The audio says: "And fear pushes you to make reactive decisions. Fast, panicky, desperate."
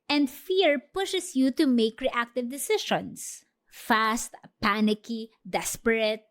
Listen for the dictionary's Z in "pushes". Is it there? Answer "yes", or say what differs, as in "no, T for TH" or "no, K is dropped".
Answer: no, S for Z